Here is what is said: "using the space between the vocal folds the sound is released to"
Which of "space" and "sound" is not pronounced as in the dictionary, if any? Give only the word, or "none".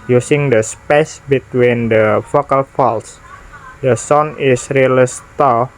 sound